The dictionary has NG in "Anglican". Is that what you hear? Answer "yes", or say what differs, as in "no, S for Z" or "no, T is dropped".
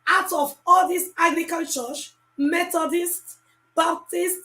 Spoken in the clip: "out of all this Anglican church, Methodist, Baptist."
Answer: no, NG is dropped